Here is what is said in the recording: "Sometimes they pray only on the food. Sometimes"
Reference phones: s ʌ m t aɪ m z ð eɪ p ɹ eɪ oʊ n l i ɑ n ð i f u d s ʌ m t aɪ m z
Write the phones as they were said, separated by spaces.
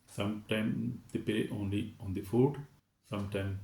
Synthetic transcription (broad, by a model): s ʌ m t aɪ m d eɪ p eɪ oʊ n l i ɑ n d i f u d s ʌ m t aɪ m